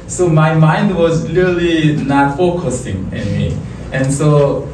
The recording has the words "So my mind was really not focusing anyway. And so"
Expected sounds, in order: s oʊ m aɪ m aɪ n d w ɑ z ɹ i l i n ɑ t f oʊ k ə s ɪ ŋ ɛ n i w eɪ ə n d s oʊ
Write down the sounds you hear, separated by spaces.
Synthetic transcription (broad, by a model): s oʊ m aɪ m aɪ n d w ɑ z l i l i n ɑ t f oʊ k ə s ɪ ŋ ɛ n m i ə n s oʊ